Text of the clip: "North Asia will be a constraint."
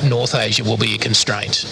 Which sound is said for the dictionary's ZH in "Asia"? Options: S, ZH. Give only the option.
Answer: ZH